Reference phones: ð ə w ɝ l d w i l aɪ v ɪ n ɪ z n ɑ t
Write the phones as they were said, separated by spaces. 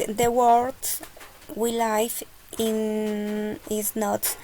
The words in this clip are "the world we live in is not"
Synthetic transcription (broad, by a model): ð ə w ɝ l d w i l aɪ f ɪ n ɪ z n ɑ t